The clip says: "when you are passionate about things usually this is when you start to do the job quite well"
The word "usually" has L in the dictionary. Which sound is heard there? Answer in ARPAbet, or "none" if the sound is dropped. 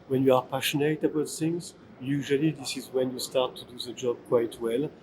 L